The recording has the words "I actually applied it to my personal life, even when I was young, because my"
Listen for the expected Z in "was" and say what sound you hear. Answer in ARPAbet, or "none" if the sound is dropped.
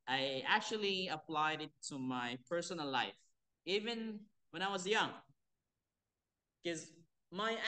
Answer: Z